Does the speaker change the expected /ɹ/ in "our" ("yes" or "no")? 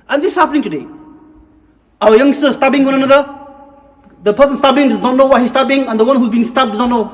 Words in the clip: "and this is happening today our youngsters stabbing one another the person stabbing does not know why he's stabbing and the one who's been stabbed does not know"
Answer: yes